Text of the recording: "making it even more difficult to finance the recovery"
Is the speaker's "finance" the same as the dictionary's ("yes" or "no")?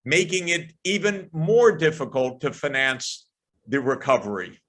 yes